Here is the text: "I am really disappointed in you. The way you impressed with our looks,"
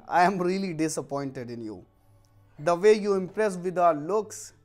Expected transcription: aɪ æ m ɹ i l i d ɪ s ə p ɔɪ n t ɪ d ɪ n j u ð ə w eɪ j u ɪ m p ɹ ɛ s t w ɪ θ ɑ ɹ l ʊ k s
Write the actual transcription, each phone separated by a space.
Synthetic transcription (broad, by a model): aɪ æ m ɹ i l i d ɪ s ə p ɔɪ n t ɪ d ɪ n j u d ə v eɪ j u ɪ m p ɹ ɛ s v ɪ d ɑ ɹ l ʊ k s